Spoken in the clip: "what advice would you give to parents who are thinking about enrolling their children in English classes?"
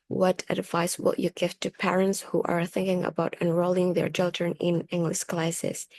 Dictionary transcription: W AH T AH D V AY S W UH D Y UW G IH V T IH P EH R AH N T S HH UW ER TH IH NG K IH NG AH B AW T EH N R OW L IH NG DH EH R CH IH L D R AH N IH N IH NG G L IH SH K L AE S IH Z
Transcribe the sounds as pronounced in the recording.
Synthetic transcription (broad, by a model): W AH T AH D V AY S W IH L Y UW G IH V T IH P EH R AH N T S HH UW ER TH IH NG K IH NG AH B AW T EH N R OW L IH NG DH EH R CH IH L D R AH N IH N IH NG G L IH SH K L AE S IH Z